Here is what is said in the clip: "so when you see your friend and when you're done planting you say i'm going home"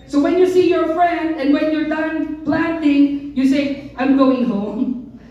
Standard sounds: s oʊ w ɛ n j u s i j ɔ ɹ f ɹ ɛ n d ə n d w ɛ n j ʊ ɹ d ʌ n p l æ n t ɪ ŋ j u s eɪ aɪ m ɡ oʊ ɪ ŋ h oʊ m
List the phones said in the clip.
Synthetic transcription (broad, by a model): s oʊ w ɛ n j u s i j ɔ ɹ f ɹ ɛ n d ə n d w ɛ n j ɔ ɹ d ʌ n p l æ n t ɪ ŋ j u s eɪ aɪ m ɡ oʊ ɪ ŋ h oʊ m